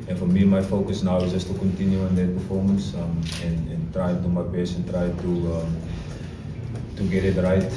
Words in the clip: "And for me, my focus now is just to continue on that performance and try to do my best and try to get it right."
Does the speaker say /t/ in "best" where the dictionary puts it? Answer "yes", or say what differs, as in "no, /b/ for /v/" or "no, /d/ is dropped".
no, /t/ is dropped